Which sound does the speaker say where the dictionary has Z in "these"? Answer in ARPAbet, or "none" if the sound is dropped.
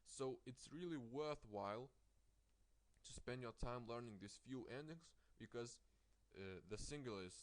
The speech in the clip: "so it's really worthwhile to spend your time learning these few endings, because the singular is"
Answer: S